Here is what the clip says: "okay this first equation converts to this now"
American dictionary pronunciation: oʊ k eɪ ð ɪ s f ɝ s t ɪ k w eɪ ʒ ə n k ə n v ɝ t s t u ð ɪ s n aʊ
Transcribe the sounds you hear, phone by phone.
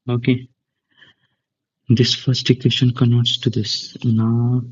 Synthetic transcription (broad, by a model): oʊ k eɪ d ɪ s f ɝ s t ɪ k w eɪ ʃ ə n k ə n ɝ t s t u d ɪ s n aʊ